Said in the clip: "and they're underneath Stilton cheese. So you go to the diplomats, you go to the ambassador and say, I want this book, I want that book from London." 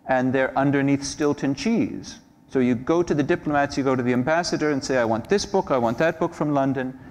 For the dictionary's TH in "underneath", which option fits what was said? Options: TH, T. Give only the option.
TH